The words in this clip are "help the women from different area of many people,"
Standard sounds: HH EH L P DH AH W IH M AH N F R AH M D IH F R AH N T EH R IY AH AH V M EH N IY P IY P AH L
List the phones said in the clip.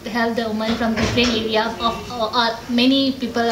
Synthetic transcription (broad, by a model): HH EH L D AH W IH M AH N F R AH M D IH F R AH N EH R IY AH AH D M EH N IY P IY P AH L